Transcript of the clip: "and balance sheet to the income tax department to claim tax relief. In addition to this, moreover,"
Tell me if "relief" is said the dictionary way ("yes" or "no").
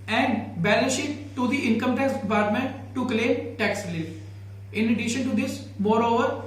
no